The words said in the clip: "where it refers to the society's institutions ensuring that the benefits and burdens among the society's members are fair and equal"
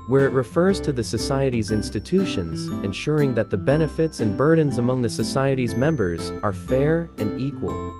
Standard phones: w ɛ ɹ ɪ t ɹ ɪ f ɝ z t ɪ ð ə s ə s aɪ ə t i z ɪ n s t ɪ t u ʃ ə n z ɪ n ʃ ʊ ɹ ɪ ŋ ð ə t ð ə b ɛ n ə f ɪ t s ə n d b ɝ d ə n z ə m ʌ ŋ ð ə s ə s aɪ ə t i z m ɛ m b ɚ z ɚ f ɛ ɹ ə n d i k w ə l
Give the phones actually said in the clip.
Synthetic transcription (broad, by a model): w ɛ ɹ ɪ t ɹ ɪ f ɝ z t ɪ ð ə s ə s aɪ ə t i z ɪ n s t ɪ t u ʃ ə n z ɪ n ʃ ʊ ɹ ɪ ŋ ð ə t ð ə b ɛ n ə f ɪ t s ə n b ɝ d n z ə m ʌ ŋ ð ə s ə s aɪ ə t i z m ɛ m b ɚ z ɚ f ɛ ɹ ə n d i k w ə l